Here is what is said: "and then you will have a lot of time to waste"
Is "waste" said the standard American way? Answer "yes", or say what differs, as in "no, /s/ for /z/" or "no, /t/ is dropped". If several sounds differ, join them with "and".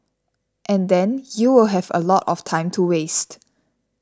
yes